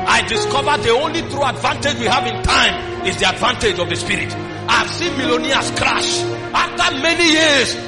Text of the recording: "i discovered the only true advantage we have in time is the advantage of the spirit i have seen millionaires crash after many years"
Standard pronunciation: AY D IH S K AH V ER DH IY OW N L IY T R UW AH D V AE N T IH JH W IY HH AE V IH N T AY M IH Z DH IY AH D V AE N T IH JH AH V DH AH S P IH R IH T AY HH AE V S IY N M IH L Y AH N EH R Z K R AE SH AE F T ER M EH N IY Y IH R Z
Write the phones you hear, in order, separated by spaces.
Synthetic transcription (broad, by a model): AY D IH S K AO V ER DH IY OW N L IY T R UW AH D V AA N T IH JH W IY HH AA V IH N T AY M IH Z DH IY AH D V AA N T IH JH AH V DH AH S P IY R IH T AY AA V S IY N M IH L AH N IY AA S K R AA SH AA F T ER M EH N IY Y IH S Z